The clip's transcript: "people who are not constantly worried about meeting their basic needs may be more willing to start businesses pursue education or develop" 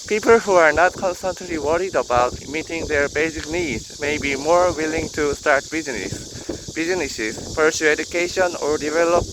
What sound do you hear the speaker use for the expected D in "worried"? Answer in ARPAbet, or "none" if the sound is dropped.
D